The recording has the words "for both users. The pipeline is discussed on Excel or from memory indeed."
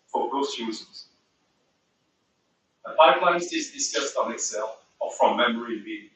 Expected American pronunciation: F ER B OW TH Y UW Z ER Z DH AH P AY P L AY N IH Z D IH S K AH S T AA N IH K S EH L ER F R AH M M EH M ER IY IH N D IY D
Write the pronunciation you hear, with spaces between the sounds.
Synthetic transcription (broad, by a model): F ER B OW S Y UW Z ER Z DH AH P AY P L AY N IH S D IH S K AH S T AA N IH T S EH L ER F R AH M M EH M ER IY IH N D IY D